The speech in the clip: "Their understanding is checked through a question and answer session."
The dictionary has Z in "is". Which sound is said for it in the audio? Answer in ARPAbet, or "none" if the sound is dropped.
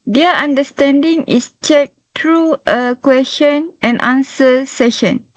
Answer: S